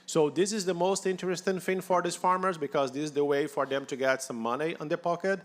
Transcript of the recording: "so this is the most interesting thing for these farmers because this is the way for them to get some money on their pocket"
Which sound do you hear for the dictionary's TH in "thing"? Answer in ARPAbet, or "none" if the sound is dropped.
F